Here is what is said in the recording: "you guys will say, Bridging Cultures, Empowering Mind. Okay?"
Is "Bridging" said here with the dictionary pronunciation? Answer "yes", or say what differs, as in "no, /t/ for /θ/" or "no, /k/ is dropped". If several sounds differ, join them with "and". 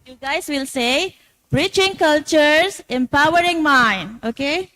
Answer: no, /tʃ/ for /dʒ/